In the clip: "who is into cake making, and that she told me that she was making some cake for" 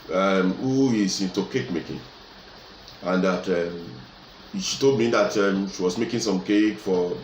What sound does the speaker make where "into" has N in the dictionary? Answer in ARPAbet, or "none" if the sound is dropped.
N